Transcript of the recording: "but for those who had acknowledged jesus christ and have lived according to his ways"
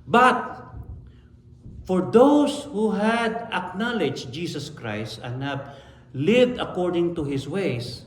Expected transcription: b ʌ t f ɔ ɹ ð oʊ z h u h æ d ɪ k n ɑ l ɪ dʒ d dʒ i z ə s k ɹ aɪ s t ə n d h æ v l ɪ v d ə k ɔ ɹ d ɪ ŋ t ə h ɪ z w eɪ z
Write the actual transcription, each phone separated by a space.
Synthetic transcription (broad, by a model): b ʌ t f ɔ ɹ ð oʊ s h u h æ d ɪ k n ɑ l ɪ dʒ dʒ i s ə s k ɹ aɪ s t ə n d h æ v l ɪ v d ə k ɔ ɹ d ɪ ŋ t ə h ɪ s w eɪ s